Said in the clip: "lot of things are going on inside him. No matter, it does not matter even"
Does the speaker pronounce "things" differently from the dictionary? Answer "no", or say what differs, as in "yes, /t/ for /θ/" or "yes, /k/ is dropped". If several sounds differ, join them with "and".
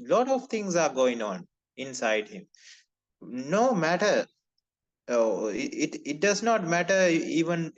yes, /t/ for /θ/